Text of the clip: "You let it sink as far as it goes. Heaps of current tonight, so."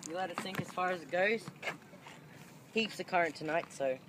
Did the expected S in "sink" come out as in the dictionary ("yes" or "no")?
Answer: no